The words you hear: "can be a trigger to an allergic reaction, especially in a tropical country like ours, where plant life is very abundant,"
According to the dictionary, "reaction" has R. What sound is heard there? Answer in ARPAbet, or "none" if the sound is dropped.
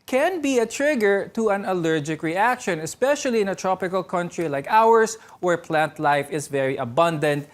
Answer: R